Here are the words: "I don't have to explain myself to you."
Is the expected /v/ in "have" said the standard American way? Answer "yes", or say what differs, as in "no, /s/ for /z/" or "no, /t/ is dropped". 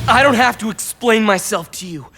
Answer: no, /f/ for /v/